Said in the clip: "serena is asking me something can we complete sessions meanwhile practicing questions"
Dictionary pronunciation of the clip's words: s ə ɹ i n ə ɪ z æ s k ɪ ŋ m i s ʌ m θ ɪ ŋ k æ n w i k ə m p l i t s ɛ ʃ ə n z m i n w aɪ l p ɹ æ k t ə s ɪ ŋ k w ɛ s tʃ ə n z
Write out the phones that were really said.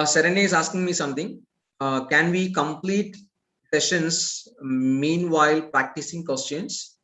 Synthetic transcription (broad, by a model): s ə ɹ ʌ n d ɪ z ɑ s k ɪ ŋ m i s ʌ m t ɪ ŋ k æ n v i k ə m p l i t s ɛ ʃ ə n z m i n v aɪ l p ɹ æ k t ə s ɪ ŋ k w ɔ s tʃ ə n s